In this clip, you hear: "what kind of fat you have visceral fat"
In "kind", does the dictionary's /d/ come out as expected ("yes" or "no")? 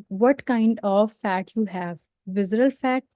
yes